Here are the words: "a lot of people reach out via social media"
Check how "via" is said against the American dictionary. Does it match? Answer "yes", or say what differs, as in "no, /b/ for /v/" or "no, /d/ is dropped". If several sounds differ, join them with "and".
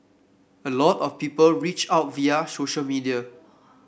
yes